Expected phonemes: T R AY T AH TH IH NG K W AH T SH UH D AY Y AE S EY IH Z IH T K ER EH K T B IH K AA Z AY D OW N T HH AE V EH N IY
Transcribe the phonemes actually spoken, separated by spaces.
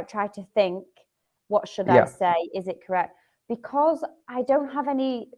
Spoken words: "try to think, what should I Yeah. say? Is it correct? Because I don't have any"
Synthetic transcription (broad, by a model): T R AY T AH TH IH NG K W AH T SH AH D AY S EY IH Z IH T K ER EH K T B IH K AA Z AY D OW N T HH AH V EH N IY